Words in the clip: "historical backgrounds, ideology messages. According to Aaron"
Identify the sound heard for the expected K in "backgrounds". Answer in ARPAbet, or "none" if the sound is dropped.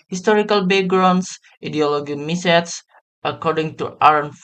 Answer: none